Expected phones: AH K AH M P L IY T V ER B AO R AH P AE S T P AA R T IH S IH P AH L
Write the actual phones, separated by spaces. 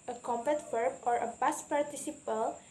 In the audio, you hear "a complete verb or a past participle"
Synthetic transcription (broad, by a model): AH K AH M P EH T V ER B AO R AH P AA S P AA R T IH S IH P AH L